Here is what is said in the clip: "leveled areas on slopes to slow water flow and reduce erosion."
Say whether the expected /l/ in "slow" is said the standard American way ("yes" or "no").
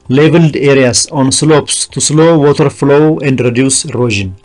yes